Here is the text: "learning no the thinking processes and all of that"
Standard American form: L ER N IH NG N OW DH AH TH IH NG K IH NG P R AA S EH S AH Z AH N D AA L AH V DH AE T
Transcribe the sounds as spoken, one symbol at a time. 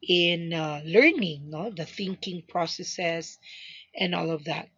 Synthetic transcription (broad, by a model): L ER N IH NG N OW DH AH TH IH NG K IH NG P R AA S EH S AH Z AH N AA L AH V DH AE T